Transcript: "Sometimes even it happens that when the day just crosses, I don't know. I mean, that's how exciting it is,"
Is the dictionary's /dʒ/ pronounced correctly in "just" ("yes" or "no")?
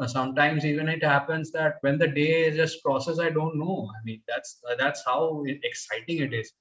no